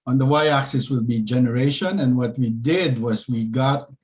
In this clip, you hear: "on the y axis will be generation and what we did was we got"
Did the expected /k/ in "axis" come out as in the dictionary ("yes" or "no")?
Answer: yes